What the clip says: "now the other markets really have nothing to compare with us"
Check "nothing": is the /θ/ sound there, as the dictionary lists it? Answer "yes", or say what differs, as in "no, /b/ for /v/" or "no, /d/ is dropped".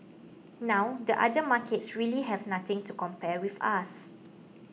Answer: no, /t/ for /θ/